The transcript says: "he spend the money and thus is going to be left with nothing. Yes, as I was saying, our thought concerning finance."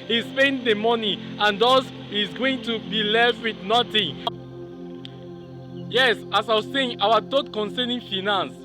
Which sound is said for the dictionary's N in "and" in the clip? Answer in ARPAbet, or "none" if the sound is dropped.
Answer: N